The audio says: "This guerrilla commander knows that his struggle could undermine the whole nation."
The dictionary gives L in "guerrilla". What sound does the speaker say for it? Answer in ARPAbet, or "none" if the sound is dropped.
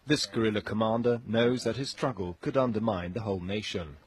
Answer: L